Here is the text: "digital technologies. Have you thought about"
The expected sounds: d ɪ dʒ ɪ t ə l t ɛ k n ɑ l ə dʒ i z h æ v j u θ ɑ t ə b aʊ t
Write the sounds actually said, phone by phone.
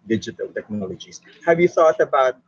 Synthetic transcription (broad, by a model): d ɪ dʒ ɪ t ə l t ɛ k n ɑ l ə dʒ i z h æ v j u θ ɑ t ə b aʊ t